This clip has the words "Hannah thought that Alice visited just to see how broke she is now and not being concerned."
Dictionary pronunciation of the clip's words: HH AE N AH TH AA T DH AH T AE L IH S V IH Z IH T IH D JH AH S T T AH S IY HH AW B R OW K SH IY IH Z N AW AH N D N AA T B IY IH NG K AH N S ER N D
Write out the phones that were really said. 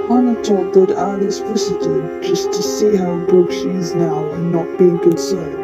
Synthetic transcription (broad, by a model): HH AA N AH T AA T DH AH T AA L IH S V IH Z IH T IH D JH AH S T T AH S IY HH AW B OW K SH IY IH Z N AW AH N N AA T B IY IH NG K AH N S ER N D